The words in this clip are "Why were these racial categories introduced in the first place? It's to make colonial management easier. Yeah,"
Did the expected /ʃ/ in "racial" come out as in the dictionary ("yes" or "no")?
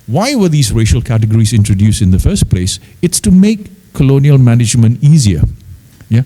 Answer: yes